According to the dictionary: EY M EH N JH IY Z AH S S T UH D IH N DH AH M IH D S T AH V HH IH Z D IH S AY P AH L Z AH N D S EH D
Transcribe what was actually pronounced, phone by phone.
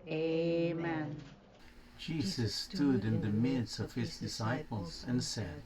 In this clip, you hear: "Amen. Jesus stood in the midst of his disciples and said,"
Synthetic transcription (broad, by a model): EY M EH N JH IY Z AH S S T UH D IH N DH AH M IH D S AH V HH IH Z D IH S AY P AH L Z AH N S EH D